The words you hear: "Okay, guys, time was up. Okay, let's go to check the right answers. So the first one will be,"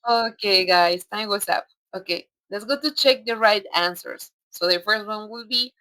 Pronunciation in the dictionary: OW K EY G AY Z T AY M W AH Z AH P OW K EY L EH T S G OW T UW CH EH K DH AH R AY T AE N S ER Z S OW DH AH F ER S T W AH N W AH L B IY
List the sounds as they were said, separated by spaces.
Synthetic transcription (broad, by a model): OW K EY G AY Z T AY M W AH S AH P OW K EY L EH T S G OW T UW CH EH K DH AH R AY T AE N S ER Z S OW DH AH F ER S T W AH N W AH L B IY